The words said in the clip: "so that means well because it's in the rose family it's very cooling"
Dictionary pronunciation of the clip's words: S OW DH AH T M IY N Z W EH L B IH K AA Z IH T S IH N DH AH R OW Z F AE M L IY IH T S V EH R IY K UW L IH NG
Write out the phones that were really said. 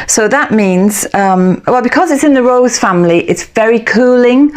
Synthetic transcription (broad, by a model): S OW DH AH T M IY N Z W EH L B IH K AA Z IH T S IH N DH AH R OW Z F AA M L IY IH T S V EH R IY K UW L IH NG